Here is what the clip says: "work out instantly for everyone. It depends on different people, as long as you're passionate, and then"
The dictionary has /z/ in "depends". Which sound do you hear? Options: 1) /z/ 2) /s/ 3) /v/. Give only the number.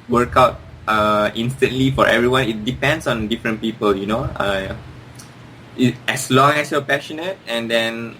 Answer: 2